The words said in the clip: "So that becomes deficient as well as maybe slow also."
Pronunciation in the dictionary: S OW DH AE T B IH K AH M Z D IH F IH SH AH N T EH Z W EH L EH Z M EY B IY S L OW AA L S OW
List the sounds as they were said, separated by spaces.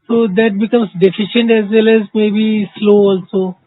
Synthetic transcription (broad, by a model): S OW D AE T B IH K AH M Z D IH F IH SH AH N T EH Z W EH L EH Z M EY B IY S L OW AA L S OW